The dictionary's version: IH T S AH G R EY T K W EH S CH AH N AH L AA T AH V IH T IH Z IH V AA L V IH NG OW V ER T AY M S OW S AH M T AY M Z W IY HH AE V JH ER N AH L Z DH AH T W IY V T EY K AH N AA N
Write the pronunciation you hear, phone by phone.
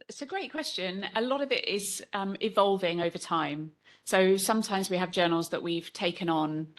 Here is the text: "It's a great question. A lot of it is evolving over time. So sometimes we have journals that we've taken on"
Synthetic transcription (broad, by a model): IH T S AH G R EY T K W EH S CH AH N AH L AA T AH V IH T IH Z IH V AA L V IH NG OW V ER T AY M S OW S AH M T AY M Z W IY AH V JH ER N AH L Z DH AH T W IY V T EY K AH N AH N